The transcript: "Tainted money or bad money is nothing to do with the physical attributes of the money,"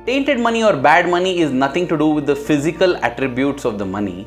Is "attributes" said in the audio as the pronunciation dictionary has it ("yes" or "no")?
yes